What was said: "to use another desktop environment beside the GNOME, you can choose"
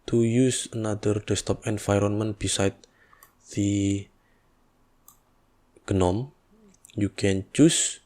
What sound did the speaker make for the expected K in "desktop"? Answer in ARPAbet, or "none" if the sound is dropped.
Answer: none